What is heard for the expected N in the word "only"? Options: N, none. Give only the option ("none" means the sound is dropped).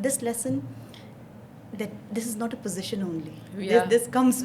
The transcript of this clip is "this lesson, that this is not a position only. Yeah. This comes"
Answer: N